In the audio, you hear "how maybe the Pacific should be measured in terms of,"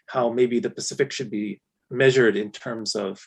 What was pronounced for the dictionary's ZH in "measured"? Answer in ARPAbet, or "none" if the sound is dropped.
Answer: ZH